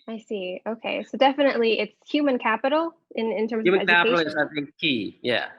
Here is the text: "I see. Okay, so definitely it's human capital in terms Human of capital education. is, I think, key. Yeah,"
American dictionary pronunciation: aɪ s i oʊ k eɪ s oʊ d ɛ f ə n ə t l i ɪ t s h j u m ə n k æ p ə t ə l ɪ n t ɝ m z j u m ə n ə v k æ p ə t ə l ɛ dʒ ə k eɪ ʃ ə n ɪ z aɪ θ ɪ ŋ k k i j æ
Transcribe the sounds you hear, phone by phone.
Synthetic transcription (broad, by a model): aɪ s i oʊ k eɪ s oʊ d ɛ f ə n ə t l i ɪ t s h j u m ə n k æ p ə t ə n ɪ n t ɝ m z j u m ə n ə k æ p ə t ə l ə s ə ɪ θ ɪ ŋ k k i j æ